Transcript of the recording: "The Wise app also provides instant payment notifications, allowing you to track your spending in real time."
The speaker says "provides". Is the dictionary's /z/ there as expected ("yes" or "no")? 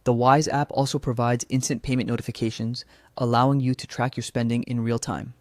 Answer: yes